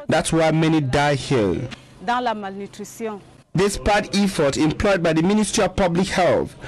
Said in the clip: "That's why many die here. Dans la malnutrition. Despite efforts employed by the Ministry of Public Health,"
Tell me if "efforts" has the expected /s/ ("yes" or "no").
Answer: no